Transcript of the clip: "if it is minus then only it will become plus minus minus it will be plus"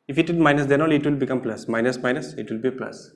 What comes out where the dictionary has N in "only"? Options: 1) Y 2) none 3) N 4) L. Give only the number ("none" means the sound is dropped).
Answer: 2